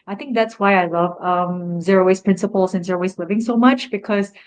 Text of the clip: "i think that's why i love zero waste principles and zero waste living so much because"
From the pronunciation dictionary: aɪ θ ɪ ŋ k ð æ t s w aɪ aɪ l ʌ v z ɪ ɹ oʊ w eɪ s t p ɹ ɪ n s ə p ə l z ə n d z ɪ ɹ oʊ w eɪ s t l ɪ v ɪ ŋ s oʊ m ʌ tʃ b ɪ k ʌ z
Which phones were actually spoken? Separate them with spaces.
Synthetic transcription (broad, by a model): aɪ θ ɪ ŋ k ð æ t s w aɪ aɪ l ʌ v z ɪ ɹ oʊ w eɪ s p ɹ ɪ n s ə p l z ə n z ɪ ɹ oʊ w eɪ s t l ɪ v ɪ ŋ s oʊ m ʌ tʃ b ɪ k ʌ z